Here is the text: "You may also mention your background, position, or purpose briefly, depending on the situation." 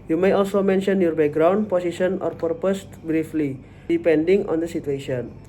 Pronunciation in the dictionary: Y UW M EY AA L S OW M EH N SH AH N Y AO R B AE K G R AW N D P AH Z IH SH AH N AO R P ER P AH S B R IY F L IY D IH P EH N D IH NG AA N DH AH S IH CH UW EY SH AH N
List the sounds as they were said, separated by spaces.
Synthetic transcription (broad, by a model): Y UW M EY AA L S OW M EH N SH AH N Y AO R B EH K G R AW N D P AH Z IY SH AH N AO R P ER P AH S B R IY F L IY D IH P EH N D IH NG AA N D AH S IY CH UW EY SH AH N